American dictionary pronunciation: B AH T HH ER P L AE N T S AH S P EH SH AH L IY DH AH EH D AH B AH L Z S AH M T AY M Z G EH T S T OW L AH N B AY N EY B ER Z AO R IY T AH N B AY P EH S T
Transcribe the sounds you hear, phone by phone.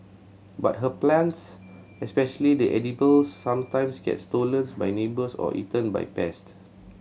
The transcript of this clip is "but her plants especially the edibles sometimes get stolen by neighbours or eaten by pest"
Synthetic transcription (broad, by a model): B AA T HH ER P L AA N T S AH S P EH SH AH L IY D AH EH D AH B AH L S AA M T AY M S G EH T S T OW L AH N B AY N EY B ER S AO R IY T AH N B AY P EH S T